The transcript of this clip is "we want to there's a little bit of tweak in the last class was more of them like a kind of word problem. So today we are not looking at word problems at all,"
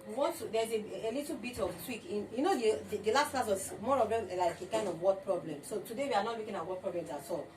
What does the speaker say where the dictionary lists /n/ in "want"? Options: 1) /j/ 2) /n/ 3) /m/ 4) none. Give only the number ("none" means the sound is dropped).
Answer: 4